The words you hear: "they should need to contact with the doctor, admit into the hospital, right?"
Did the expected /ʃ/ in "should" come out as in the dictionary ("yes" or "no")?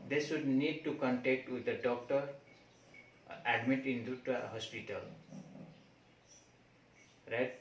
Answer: no